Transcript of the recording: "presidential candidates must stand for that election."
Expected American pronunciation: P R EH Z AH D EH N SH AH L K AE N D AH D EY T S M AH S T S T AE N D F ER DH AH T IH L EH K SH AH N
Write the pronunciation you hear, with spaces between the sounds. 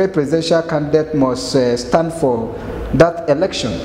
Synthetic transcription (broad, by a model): P R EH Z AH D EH N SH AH L K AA N D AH D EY T M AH S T S T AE N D F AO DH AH T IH L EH K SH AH N